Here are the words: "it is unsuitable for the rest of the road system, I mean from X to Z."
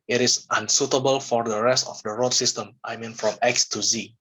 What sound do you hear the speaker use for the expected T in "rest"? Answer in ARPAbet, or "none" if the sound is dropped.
T